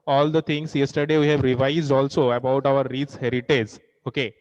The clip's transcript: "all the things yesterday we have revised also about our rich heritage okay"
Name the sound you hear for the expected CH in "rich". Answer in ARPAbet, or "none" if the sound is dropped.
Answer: S